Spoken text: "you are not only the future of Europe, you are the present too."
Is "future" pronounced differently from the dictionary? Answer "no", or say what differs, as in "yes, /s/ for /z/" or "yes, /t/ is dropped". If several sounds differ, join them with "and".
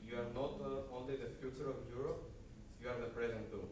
no